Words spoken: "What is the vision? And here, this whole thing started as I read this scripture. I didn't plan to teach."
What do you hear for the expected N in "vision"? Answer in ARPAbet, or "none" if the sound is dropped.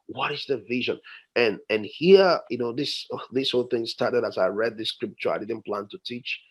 N